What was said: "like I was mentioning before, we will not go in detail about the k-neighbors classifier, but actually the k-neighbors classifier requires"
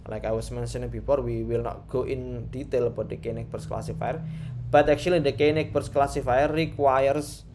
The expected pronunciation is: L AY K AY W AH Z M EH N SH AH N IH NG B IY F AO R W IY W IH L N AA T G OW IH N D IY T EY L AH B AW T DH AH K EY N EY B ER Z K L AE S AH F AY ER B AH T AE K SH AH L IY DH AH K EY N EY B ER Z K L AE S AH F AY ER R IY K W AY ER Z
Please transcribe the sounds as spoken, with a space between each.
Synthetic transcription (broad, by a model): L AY K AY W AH S M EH N S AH N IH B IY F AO R W IY W IH L N AA T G OW IH N D IY T EY L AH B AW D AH K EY N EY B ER S K L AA S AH F AY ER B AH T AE K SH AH L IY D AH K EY N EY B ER S K L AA S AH F AY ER R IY K W AY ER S